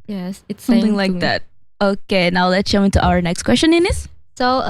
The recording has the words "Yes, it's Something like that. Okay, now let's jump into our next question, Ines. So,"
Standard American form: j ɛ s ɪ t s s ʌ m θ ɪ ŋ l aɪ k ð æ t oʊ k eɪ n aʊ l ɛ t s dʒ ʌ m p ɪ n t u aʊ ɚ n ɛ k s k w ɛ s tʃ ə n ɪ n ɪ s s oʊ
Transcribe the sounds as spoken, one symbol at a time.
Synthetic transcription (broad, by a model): j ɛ s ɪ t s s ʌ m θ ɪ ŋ l aɪ k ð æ t oʊ k eɪ n aʊ l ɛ t s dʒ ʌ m ɪ n t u aʊ ɚ n ɛ k s k w ɛ s tʃ ə n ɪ n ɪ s s oʊ